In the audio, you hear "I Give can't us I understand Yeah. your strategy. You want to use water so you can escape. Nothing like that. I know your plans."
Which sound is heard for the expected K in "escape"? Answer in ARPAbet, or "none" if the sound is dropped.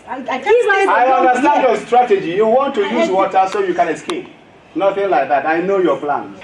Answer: K